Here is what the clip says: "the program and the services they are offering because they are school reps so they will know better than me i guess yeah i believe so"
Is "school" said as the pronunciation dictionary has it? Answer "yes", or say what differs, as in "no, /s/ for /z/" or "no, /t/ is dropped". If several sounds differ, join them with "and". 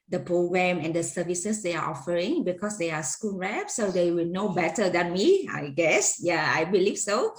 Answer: no, /n/ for /l/